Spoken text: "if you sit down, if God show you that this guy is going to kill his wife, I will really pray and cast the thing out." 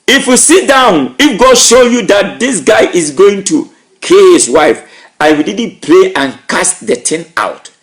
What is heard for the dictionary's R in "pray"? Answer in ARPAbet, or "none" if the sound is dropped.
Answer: L